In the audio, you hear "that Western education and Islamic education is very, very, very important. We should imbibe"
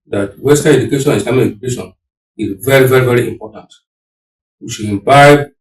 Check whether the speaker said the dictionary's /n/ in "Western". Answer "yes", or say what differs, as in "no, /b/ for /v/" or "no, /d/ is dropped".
no, /n/ is dropped